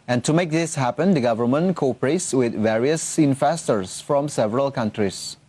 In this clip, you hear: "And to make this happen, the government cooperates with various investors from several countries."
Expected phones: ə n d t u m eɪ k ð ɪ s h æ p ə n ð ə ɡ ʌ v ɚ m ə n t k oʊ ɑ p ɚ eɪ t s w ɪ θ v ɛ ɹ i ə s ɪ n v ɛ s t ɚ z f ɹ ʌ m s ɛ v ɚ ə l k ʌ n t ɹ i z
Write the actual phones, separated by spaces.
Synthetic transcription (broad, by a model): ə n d t u m eɪ k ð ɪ s h æ p ə n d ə ɡ ʌ v ɚ m ə n t k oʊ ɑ p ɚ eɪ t s w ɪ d v ɛ ɹ i ə s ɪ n f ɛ s t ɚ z f ɹ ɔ m s ɛ v ɚ ə l k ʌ n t ɹ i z